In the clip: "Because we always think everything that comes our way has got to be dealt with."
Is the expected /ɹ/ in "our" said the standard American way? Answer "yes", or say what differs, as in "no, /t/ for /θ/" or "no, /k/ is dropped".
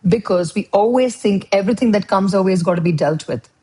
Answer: no, /l/ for /ɹ/